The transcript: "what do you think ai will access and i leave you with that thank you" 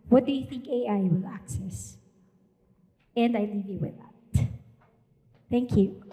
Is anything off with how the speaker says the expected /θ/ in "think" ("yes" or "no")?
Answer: no